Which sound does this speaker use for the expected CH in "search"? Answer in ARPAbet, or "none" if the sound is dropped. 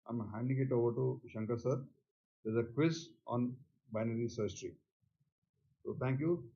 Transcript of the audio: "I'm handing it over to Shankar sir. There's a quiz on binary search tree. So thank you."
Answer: S